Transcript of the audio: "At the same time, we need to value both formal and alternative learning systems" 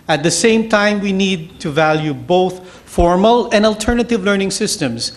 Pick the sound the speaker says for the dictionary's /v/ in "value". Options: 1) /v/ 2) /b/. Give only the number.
1